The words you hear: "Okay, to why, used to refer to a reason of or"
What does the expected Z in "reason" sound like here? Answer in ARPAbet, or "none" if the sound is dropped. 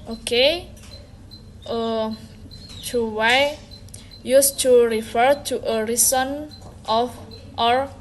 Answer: S